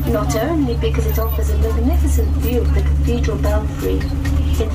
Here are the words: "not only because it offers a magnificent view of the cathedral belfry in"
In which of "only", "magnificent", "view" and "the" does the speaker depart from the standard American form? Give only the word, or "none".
none